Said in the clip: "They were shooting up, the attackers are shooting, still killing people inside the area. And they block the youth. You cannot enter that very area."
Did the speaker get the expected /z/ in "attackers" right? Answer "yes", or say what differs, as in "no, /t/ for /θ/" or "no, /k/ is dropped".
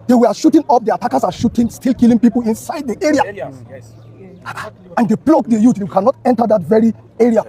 no, /s/ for /z/